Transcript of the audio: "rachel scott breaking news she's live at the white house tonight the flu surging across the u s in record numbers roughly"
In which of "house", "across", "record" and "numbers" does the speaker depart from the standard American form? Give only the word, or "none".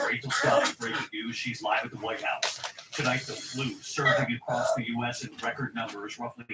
none